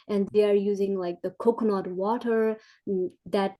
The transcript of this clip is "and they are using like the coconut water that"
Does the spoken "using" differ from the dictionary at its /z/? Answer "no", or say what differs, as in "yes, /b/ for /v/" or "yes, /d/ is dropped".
no